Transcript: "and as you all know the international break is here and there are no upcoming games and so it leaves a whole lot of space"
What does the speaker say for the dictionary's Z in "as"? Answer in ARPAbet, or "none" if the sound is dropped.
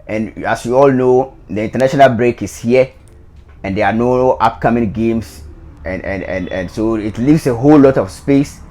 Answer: S